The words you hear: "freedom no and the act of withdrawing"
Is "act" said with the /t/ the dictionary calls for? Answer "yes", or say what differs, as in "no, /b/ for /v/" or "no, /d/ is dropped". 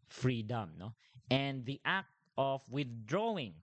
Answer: yes